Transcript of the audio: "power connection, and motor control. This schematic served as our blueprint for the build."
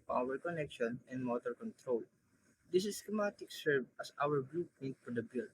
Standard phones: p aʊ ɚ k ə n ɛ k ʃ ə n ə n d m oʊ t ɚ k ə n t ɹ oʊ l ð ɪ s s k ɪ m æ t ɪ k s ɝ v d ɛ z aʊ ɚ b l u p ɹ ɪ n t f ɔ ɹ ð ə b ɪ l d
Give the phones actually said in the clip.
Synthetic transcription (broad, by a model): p aʊ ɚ k ə n ɛ k ʃ ə n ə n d m oʊ t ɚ k ə n t ɹ oʊ l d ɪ s s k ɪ m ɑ t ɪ k s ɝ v ʌ s aʊ ɚ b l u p ɪ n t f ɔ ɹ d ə b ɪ l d